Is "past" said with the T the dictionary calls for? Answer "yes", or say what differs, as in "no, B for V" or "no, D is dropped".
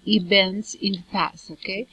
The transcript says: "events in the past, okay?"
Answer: no, T is dropped